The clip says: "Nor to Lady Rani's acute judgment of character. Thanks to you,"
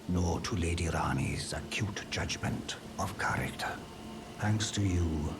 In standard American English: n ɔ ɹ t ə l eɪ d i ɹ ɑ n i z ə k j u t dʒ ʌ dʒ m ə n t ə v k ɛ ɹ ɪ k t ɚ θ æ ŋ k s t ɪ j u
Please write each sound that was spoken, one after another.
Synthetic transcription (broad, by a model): n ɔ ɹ t ə l eɪ d i ɹ ɑ n i z ə k j u t dʒ ʌ dʒ m ə n t ə v k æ ɹ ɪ k t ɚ θ æ ŋ k s t ɪ j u